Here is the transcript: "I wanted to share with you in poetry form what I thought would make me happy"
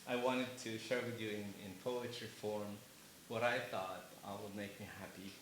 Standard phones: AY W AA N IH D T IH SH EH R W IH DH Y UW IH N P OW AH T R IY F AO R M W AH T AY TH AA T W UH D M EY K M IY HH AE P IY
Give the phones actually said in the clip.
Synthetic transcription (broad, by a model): AY W AA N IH D T IH SH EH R W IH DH Y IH IH N P OW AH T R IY F AO R M W AH T AY TH AA T W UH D M EY K M IY HH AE P IY